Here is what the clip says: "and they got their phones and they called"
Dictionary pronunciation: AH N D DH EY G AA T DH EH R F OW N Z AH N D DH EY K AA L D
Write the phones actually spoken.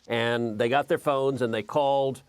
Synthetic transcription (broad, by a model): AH N DH EY G AA T DH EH R F OW N Z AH N DH EY K AA L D